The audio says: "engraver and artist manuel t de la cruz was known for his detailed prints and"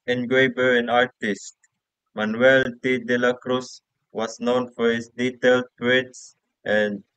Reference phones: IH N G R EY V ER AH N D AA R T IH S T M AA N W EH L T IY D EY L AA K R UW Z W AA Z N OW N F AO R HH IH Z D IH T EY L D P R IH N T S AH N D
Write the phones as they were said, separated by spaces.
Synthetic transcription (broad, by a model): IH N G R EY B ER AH N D AA R T IH S T M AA N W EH L T IY D EY L AA K R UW S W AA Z N OW N F AO R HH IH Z D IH T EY L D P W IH T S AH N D